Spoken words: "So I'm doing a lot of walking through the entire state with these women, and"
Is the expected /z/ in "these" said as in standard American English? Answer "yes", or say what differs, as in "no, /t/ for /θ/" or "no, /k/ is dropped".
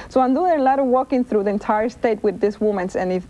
no, /s/ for /z/